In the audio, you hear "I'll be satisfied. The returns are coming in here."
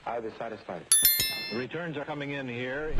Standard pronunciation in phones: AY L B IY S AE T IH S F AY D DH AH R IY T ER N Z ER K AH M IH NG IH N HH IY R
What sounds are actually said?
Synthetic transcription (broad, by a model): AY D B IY S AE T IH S F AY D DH R IY T ER N Z ER K AH M IH NG IH N HH IY R